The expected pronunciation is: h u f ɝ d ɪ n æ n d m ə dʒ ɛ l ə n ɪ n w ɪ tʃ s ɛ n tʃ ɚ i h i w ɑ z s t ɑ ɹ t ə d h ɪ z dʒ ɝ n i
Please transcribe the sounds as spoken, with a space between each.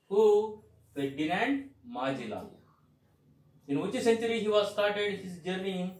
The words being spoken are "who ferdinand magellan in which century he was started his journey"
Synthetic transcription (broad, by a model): h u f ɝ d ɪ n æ n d m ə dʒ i l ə ɪ n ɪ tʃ s ɛ n tʃ ɚ i h i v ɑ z s t ɑ ɹ t ə d h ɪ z dʒ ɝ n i